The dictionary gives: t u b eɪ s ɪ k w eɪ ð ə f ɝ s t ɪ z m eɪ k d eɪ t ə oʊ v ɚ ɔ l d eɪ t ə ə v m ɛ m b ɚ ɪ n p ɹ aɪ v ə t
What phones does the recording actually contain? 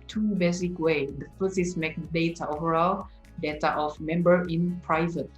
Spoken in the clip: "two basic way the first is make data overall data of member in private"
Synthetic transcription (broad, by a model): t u b eɪ s ɪ k w eɪ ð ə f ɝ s ɪ s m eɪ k d eɪ t ə oʊ v ɚ ɔ l d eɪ t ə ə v m ɛ m b ɚ ɪ n p ɹ aɪ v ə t